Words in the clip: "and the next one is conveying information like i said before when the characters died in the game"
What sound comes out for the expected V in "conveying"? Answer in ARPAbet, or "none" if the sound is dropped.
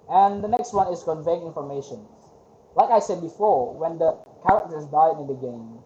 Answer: V